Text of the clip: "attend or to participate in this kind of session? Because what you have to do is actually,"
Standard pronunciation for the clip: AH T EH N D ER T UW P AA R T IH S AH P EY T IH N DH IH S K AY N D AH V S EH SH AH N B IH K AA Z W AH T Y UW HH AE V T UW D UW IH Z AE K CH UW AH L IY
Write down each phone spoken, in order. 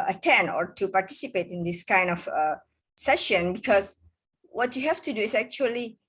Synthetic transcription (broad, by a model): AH T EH N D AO T UW P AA R T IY S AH P EY T IH N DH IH S K AY N D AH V S EH SH AH N B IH K AA S W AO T Y UW HH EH F T UW D UW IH S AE K CH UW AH L IY